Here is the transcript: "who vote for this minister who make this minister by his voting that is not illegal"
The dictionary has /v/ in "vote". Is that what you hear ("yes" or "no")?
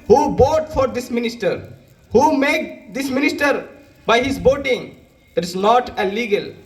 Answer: no